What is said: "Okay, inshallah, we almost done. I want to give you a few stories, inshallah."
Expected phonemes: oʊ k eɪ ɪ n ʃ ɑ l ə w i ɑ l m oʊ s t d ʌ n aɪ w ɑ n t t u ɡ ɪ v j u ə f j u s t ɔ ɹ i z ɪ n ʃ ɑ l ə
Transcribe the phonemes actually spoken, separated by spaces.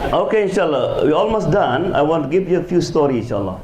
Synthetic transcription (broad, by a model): oʊ k eɪ ɪ n ʃ ɑ l ə w i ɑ l m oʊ s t d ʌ n aɪ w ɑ n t t u ɡ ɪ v j u ə f j u s t ɔ ɹ i ɪ n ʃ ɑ l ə